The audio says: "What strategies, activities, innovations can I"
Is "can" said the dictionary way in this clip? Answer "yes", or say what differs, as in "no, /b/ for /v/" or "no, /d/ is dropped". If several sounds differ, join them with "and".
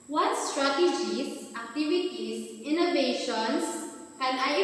no, /l/ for /n/